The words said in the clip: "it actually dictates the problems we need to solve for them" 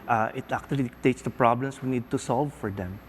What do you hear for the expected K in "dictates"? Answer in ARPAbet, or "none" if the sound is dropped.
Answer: none